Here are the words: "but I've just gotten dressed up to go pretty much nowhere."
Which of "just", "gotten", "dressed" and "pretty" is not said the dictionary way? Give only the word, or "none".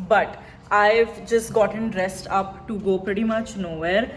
none